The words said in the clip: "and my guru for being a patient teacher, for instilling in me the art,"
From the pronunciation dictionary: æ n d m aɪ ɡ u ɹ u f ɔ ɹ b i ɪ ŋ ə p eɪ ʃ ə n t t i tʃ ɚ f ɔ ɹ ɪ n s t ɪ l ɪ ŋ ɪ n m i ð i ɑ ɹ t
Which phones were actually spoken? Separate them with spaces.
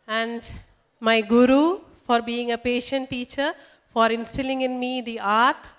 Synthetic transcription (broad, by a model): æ n d m aɪ ɡ u ɹ u f ɔ ɹ b i ɪ ŋ ə p eɪ ʃ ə n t t i tʃ ɚ f ɔ ɹ ɪ n s t ɪ l ɪ ŋ ɪ n m i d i ɑ ɹ t